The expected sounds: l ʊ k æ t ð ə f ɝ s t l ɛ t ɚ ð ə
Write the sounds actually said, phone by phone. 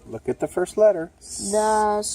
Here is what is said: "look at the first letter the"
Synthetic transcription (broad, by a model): l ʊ k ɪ t ð ə f ɝ s t l ɛ t ɚ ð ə